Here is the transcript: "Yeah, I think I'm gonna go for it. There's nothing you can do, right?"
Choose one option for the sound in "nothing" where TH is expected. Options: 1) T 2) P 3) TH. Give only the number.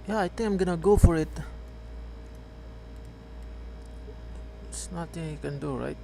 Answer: 1